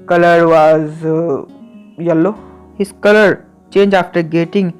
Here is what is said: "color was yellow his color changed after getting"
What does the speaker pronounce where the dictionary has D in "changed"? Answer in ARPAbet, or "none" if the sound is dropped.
none